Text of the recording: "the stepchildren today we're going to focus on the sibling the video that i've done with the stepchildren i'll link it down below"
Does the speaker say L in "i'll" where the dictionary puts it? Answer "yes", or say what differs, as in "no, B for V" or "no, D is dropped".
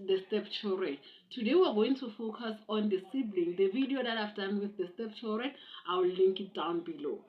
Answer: no, W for L